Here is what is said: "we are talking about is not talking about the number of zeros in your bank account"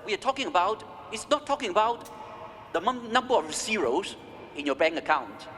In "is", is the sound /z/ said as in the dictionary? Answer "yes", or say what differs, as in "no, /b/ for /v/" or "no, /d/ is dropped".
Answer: no, /s/ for /z/